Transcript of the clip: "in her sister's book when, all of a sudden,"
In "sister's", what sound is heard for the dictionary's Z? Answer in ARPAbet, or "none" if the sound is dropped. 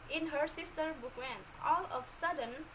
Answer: none